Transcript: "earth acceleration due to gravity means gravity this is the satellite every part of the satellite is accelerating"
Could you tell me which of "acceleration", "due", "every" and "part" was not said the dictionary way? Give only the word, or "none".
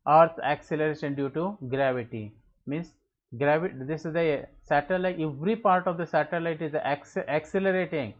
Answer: none